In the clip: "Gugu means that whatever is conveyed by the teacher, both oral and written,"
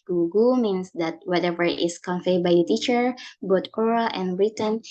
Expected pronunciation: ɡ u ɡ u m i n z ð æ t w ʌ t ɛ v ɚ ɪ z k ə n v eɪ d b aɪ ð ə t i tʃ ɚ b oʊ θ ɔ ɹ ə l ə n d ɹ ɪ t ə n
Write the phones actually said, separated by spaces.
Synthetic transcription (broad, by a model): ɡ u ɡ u m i n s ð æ t w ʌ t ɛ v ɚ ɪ s k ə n f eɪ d b aɪ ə t i tʃ ɚ b oʊ t ɔ ɹ ə l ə n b ɹ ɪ t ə n